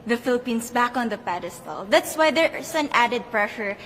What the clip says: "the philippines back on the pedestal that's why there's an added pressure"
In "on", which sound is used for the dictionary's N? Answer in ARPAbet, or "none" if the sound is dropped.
N